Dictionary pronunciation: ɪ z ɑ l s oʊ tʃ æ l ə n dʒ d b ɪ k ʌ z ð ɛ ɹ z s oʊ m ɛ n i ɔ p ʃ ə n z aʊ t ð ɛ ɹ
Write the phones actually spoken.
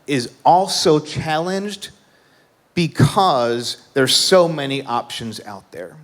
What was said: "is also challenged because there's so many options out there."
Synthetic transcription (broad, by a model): ɪ z ɑ l s oʊ tʃ æ l ə n dʒ d b ɪ k ʌ z ð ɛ ɹ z s oʊ m ɛ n i ɔ p ʃ ə n z aʊ t ð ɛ ɹ